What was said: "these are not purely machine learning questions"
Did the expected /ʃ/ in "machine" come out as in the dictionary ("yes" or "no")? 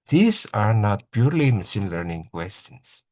no